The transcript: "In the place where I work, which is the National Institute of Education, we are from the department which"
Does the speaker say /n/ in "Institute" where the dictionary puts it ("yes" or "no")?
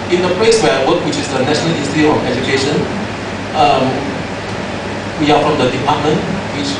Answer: no